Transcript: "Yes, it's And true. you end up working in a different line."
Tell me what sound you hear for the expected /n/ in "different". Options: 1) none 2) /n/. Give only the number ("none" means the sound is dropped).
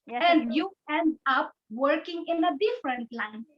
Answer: 2